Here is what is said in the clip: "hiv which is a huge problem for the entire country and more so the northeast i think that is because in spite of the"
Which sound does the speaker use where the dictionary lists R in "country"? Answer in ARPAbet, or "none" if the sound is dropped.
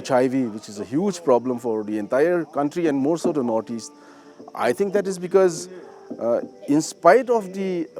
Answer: R